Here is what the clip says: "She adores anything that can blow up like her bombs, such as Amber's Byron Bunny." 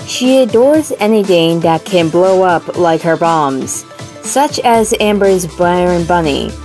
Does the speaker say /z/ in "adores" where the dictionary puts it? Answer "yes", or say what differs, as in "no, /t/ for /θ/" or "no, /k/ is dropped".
yes